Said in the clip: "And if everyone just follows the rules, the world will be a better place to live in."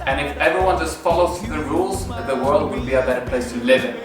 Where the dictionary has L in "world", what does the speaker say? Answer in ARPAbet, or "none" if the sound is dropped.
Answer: L